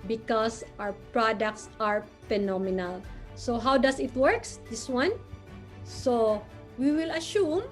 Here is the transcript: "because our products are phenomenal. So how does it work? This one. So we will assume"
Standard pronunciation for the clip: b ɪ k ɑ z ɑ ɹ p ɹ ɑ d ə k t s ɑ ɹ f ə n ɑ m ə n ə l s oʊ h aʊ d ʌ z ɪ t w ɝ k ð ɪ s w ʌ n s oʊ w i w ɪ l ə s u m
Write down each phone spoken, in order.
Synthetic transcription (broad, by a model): b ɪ k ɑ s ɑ w p ɹ ɑ d ə k t s ɑ ɹ f ə n ɑ m ə n ə l s oʊ h aʊ d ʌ s ɪ t w ɝ k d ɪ s w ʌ n s oʊ w i w ɪ l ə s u m